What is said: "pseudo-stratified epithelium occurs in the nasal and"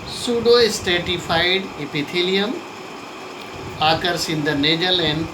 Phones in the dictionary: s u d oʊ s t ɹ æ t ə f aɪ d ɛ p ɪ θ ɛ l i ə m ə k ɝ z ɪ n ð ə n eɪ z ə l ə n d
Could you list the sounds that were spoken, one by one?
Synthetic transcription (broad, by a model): s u d oʊ s t ɛ t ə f aɪ d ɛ p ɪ t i l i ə m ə k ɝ s ɪ n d ə n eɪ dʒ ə l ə n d